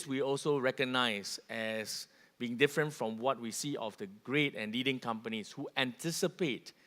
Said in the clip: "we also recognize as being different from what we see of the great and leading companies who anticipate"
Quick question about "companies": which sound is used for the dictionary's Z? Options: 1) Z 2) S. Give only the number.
2